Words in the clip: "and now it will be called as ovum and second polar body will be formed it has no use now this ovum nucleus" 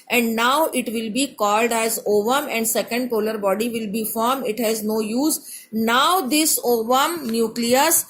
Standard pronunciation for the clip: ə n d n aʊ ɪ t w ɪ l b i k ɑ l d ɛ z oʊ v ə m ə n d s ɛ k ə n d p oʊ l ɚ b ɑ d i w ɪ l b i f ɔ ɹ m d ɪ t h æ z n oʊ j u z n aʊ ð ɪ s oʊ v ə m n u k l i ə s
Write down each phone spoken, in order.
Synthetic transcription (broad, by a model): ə n d n aʊ ɪ t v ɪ l b i k ɑ l d ɛ z oʊ v ə m ə n d s ɛ k ə n d p oʊ l ɚ b ɑ d i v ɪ l b i f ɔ ɹ m ɪ t h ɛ z n oʊ j u z n aʊ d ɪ s oʊ v ə m n u k l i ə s